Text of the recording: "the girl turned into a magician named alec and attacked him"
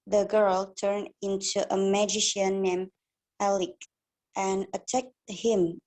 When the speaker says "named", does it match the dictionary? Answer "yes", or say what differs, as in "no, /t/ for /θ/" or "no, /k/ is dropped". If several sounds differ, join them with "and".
no, /d/ is dropped